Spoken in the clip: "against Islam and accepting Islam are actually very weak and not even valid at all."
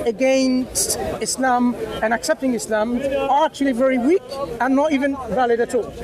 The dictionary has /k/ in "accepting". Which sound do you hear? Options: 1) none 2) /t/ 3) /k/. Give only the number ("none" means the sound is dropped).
3